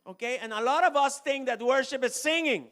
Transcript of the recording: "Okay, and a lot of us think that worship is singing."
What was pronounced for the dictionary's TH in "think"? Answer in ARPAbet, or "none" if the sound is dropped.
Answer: T